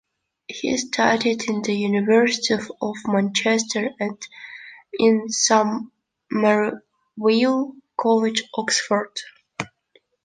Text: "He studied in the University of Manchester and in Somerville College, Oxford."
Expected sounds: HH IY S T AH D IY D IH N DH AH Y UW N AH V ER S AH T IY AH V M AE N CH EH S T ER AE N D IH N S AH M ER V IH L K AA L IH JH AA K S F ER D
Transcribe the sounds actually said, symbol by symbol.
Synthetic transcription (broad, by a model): HH IY S T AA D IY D IH N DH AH Y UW N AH V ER S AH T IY AH V M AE N CH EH S T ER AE N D IH N S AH M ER W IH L K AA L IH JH AA K S F ER D